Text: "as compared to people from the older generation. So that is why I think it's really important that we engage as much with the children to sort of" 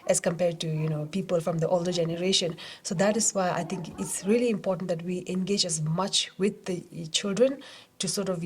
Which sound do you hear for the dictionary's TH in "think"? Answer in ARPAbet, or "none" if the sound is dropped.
T